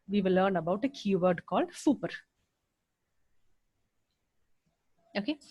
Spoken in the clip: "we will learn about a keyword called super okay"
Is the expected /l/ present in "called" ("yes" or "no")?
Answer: yes